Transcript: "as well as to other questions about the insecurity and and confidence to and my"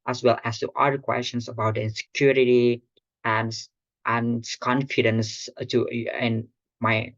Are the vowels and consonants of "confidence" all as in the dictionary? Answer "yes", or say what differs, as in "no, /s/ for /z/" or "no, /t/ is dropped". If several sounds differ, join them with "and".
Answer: yes